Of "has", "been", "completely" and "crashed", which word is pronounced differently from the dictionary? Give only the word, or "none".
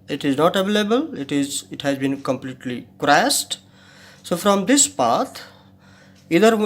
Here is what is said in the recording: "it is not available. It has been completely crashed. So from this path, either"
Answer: crashed